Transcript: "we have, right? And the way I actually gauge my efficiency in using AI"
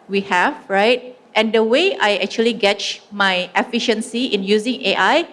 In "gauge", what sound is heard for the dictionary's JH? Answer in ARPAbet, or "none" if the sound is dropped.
CH